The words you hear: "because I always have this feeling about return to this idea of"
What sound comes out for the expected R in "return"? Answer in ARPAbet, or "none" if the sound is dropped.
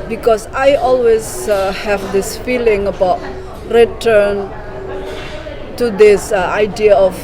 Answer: R